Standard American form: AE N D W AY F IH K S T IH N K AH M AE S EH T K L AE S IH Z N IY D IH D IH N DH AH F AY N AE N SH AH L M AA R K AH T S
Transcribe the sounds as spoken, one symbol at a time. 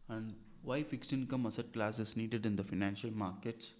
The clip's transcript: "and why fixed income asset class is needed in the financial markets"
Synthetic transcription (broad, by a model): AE N D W AY F IH K S T IH N K AH M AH S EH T K L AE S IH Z N IY D IH D IH N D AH F AY N AE N SH AH L M AA R K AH T S